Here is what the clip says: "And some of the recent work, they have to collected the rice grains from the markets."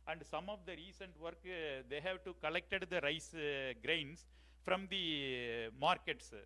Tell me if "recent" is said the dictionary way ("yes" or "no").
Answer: yes